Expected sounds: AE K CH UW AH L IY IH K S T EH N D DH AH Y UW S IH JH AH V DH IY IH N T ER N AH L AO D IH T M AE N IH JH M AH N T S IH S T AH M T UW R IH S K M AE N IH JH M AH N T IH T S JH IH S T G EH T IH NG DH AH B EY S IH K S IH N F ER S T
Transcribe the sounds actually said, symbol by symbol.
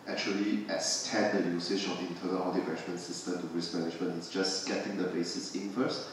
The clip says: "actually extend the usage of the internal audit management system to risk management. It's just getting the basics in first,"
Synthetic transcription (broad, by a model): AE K CH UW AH L IY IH S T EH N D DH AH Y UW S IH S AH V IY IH N T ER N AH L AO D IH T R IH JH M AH N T S IH S T AH M T UW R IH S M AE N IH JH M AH N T IH T S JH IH S G EH T IH NG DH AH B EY S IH S IH N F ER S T